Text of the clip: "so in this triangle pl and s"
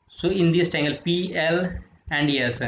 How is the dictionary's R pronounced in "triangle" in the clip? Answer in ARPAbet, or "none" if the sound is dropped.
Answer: none